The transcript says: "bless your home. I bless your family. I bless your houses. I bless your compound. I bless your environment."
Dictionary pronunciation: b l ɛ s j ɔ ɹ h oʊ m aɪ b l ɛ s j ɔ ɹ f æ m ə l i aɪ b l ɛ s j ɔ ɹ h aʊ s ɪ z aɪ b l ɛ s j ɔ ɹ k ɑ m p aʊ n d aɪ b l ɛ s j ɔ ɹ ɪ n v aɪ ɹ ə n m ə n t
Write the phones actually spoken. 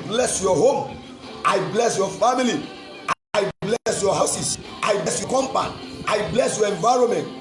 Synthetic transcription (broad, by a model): b l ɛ s j ɔ h oʊ m aɪ b l ɛ s j ɔ f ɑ m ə l i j b l ɛ s j ɔ h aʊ s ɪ s aɪ b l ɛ s j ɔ k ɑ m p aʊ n aɪ b l ɛ s j ɔ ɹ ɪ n v aɪ ɹ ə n m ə n t